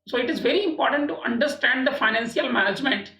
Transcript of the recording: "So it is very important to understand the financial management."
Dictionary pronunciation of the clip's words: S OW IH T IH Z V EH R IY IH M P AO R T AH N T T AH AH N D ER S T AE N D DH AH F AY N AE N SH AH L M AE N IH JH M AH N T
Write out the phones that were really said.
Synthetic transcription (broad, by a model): S OW IH T IH Z V EH R IY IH M P AO R T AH N T T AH AH N D ER S T AE N D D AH F AY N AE N S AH L M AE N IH JH M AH N T